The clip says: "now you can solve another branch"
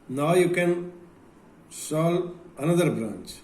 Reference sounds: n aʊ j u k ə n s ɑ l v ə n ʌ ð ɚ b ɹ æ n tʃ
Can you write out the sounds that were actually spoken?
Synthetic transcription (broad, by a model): n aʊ j u k ə n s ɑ l ə n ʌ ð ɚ b ɹ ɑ n tʃ